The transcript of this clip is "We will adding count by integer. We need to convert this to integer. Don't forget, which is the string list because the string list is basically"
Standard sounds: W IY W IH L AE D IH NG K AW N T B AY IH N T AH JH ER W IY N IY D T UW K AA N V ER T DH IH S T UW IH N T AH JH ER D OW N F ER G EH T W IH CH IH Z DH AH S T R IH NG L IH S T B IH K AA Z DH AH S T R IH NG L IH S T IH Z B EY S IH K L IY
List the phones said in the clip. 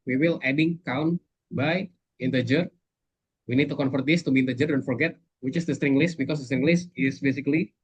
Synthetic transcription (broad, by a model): W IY W IH L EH D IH NG K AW N B AY IH N T AH JH ER W IY N IY D T UW K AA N F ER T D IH S T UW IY N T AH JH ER D OW N F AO G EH T W IH CH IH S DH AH S T R IH NG L IH S T B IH K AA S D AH S T R IH NG L IH S T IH S B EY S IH K L IY